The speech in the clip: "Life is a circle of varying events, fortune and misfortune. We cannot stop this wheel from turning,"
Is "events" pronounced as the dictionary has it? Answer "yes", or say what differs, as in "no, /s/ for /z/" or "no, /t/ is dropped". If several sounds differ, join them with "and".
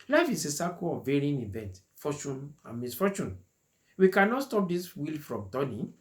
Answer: no, /s/ is dropped